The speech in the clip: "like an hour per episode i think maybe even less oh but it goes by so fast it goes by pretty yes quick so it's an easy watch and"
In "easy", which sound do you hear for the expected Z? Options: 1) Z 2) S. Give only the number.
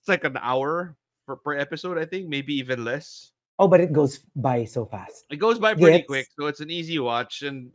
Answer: 1